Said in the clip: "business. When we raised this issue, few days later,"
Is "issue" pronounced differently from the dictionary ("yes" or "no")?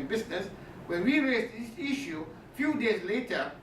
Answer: no